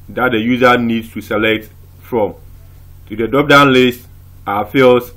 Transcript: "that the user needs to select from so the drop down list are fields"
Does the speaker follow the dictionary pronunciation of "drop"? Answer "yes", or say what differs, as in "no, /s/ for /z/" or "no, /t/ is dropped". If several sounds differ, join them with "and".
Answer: no, /ɹ/ is dropped